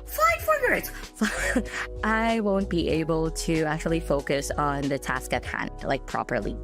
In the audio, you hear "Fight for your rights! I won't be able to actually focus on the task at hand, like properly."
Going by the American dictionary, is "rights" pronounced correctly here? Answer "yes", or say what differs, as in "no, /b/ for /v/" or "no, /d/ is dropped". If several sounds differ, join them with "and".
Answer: no, /s/ is dropped